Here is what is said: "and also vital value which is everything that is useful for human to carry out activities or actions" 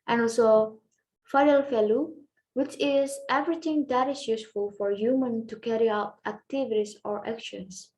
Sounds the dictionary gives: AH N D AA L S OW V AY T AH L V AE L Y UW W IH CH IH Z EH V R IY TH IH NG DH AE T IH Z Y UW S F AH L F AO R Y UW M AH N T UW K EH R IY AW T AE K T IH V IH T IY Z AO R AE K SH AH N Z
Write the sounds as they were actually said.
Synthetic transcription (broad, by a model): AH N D AA L S OW F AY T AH L F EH L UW W IH CH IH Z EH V R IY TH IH NG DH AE T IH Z Y UW S F AH L F AO R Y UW M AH N T UW K EH R IY AW T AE K T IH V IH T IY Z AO R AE K SH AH N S